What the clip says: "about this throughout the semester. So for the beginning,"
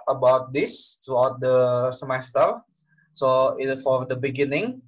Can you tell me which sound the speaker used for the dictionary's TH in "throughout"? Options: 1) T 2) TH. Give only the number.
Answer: 1